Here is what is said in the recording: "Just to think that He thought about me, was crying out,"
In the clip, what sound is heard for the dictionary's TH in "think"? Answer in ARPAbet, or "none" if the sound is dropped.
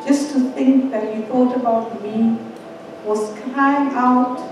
TH